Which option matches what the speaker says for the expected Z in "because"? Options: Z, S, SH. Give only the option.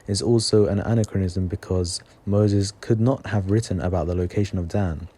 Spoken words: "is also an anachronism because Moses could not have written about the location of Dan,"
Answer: Z